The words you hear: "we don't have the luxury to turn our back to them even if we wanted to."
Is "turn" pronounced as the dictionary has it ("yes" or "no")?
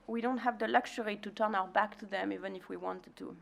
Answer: yes